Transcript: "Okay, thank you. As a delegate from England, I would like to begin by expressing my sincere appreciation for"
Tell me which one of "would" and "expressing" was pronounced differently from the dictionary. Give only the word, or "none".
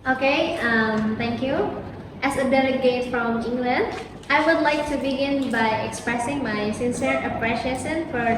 none